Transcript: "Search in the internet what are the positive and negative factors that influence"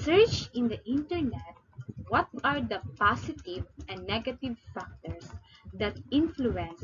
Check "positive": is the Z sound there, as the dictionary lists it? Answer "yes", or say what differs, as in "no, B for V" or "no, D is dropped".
no, S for Z